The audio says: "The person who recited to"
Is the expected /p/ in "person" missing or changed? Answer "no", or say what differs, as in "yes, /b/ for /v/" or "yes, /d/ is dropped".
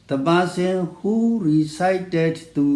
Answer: yes, /b/ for /p/